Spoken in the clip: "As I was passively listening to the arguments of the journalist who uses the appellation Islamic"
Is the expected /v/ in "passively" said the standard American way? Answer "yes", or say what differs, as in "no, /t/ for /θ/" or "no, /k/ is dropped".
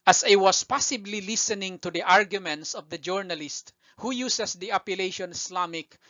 no, /b/ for /v/